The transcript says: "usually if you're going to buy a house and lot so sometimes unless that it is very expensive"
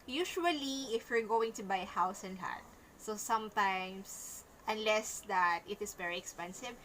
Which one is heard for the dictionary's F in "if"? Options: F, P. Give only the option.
F